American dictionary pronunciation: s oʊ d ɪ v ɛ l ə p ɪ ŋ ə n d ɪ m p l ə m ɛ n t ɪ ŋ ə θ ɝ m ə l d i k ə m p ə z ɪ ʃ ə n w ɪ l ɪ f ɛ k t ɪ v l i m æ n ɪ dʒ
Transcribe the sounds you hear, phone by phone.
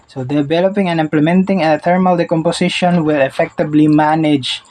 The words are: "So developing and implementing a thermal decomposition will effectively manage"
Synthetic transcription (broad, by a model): s oʊ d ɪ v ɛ l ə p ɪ ŋ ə n ɪ m p l ə m ɛ n t ɪ ŋ ə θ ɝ m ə l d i k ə m p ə s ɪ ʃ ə n w ɪ l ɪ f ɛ k t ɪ b l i m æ n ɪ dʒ